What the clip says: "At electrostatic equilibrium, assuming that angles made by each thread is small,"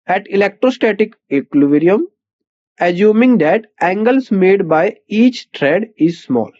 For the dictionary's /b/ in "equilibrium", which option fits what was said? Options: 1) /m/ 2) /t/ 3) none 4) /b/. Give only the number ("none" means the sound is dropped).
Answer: 3